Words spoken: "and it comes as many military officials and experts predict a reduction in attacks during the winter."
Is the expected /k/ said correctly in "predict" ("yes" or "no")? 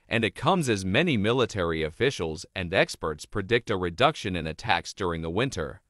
yes